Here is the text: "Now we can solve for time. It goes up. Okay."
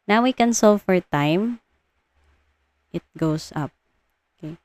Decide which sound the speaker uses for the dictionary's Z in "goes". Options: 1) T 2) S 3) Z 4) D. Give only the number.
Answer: 2